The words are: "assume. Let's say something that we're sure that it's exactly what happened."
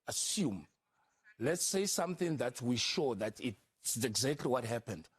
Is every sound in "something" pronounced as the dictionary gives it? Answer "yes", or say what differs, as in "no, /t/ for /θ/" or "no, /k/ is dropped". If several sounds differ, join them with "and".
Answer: yes